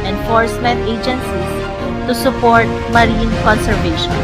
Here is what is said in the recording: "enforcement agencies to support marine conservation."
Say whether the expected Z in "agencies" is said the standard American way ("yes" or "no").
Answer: no